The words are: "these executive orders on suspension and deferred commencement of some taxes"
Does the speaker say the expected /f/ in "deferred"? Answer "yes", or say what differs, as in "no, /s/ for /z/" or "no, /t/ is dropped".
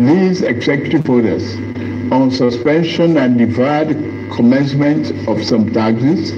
no, /f/ is dropped